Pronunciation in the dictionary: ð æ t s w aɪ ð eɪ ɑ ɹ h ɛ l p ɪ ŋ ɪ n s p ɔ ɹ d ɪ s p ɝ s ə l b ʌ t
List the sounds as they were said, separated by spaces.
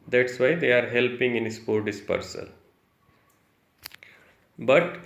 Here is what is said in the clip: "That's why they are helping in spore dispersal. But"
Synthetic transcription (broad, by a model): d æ t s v aɪ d eɪ ɑ ɹ h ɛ l p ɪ ŋ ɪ n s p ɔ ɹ d ɪ s p ɝ s ə l b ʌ t